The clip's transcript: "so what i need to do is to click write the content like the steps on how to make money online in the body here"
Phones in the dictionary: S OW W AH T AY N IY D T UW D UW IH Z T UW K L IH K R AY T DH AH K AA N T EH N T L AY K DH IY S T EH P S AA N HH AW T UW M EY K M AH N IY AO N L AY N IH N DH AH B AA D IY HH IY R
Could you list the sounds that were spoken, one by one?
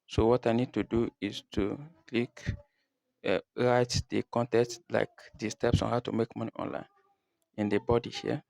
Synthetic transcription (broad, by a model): S OW W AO T AY N IY D T UW D UW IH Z T UW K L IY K R AY T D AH K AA N T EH T L AY K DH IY S T EH P S AA N HH AW T UW M EY K M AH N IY AO N L AY N IH N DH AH B AA D IY HH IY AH